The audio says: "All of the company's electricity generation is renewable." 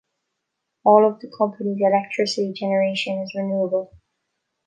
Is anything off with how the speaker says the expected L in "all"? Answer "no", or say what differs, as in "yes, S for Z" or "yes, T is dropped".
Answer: no